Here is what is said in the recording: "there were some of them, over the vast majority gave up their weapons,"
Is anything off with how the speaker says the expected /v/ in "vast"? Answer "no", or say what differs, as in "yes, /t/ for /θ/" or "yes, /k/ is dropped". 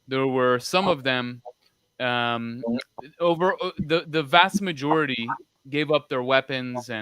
no